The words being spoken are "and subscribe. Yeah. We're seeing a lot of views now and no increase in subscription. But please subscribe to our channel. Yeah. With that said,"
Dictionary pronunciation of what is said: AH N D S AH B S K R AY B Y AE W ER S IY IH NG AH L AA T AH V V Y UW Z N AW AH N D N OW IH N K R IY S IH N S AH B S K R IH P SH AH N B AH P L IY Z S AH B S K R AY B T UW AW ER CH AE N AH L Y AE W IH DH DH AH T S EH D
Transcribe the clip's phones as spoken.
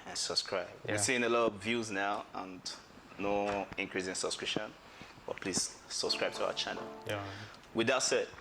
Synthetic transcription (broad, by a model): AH N S AH B S K R AY B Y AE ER S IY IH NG AH L AA T AH V V Y UW Z N AW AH N N OW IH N K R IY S IH N S AH B S K R IH P SH AH N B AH P L IY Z S AH B S K R AY B T UW AW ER CH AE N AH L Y W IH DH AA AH T S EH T